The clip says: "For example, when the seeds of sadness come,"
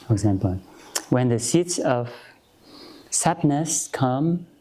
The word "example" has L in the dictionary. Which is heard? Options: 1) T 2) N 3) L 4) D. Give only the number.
3